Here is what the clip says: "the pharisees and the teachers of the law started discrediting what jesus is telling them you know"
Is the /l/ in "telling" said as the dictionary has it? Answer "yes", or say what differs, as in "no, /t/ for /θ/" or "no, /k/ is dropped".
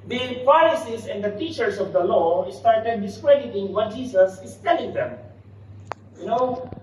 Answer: yes